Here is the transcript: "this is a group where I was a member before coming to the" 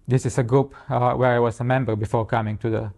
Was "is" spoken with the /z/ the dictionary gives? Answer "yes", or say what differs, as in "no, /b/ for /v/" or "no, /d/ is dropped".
no, /s/ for /z/